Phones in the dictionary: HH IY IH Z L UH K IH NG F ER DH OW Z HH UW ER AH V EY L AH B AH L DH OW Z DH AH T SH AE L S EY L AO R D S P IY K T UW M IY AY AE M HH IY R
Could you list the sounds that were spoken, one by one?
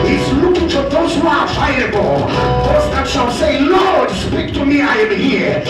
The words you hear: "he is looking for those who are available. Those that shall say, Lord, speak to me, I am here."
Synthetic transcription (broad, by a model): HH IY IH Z L UH K IH NG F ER DH OW Z HH UW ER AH IH AH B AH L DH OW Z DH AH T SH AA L S EY L AO R D S P IY K T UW M IY AY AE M HH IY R